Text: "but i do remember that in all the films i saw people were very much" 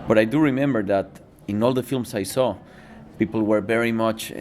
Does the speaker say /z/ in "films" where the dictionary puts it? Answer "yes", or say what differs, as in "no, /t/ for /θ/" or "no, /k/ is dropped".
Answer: no, /s/ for /z/